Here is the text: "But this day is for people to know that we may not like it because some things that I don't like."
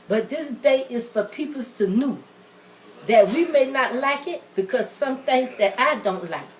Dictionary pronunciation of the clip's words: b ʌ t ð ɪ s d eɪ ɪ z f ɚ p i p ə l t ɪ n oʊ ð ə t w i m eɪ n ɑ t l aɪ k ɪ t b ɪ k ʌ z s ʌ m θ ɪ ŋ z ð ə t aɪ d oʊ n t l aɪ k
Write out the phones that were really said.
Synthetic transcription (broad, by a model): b ʌ t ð ɪ s d eɪ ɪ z f ɚ p i p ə l t ɪ n oʊ ð ə t w i m eɪ n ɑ t l aɪ k ɪ t b ɪ k ʌ z s ʌ m t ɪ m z ð ə t aɪ d oʊ n t l aɪ k